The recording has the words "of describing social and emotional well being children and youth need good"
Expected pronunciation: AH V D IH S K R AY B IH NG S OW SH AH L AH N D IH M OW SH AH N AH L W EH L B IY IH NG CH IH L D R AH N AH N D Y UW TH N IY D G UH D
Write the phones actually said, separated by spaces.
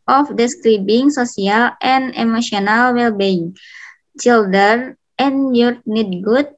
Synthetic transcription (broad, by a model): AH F D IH S K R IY B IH NG S OW S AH L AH N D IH M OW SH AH N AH L W EH L B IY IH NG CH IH L D AH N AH N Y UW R N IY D G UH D